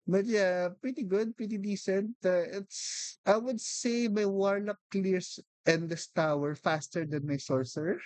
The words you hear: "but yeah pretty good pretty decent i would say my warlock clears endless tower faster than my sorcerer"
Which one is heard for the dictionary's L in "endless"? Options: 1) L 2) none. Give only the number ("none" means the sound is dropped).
2